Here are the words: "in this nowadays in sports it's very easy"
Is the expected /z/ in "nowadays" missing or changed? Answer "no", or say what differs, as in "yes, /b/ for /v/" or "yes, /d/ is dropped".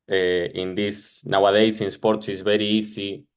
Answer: yes, /s/ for /z/